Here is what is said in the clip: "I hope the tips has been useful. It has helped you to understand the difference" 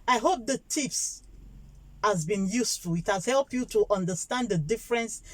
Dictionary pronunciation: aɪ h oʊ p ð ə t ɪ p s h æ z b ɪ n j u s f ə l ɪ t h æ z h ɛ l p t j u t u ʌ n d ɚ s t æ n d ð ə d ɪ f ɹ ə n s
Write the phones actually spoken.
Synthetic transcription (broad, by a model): aɪ h oʊ p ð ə t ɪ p s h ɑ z b ɪ n j u s f ə l ɪ t h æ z h ɛ l p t j u t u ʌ n d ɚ s t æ n d ð ə d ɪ f ɹ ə n s